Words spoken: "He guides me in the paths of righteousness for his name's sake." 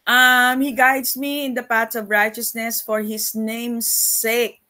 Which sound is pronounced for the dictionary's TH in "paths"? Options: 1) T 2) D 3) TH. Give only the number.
1